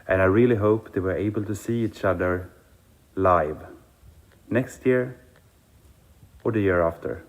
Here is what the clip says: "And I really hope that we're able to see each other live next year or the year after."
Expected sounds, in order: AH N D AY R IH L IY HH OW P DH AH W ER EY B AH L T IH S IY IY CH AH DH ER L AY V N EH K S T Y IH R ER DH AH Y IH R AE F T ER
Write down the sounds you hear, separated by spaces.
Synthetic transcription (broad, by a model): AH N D AY R IH L IY HH OW P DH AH W ER EY B AH L T IH S IY IY CH AH DH ER L AY V N EH K S T Y IH R ER DH AH Y IH R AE F T ER